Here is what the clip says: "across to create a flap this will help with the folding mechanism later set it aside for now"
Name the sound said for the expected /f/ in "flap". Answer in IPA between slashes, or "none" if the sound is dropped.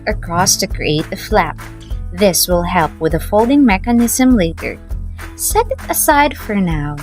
/f/